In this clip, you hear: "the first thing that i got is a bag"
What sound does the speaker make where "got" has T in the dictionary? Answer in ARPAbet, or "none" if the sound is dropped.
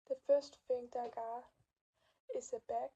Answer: none